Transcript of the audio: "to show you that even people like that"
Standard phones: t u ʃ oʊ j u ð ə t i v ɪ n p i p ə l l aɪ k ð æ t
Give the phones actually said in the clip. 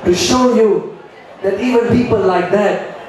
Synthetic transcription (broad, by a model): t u ʃ oʊ j u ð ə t i v ɪ n p i p ə l l aɪ k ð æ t